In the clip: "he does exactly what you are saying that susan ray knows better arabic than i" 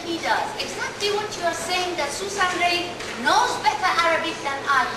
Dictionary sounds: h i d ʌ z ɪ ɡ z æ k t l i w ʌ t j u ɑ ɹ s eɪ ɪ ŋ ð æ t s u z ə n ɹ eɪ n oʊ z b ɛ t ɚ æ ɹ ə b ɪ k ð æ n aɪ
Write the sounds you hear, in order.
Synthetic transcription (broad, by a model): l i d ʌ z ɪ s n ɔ t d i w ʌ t j u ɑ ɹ s eɪ ɪ ŋ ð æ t s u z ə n ɹ eɪ n oʊ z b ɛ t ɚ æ ɹ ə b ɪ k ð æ n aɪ